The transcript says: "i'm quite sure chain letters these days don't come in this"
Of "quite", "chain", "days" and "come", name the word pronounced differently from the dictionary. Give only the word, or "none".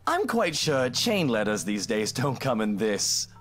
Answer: none